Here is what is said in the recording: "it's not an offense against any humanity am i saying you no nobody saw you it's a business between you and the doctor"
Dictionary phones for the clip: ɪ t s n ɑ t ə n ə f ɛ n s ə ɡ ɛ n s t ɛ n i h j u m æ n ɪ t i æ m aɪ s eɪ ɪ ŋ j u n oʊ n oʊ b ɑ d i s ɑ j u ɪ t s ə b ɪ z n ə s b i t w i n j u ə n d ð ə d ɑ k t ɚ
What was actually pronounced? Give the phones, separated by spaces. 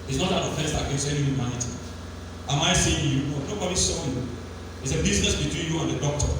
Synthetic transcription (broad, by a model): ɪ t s n ɑ t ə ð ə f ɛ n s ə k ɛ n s ɛ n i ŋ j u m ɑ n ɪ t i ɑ m aɪ s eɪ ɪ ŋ j u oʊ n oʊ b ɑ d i s ɑ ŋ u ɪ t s ə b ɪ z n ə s b i t w i n j u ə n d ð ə d ɑ k t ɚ